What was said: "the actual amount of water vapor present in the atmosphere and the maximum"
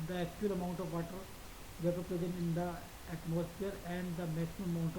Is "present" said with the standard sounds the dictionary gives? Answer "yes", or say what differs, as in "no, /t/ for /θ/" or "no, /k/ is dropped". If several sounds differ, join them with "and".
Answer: no, /t/ is dropped